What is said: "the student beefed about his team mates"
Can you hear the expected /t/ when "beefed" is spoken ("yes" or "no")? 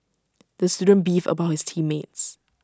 no